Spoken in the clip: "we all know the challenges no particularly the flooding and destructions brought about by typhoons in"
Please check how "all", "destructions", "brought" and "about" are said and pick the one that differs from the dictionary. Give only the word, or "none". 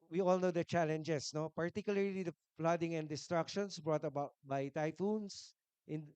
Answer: destructions